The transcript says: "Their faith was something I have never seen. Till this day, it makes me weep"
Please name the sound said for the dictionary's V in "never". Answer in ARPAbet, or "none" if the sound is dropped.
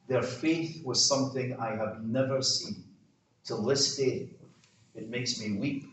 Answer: V